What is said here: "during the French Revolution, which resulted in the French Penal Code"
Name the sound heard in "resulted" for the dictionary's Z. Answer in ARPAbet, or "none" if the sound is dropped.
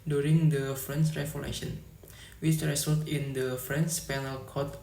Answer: S